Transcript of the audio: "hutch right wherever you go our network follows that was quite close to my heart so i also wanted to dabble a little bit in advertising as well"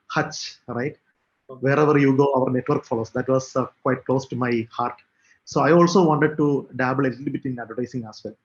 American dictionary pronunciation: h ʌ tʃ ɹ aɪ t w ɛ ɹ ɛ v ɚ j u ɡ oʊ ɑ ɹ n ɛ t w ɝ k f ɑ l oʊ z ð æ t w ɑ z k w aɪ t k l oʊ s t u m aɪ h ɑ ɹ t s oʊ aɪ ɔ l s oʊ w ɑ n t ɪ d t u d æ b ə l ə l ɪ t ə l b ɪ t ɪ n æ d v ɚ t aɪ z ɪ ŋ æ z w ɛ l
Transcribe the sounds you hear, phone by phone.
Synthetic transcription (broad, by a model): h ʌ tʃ ɹ aɪ t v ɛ ɹ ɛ v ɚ j u ɡ oʊ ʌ ɹ n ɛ t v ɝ k f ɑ l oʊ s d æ t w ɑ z k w aɪ t k l oʊ s t u m aɪ h ɑ ɹ t s oʊ aɪ ɔ l s oʊ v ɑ n t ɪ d t u d æ b ə l ə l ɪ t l b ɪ t ɪ n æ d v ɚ t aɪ s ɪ ŋ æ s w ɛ l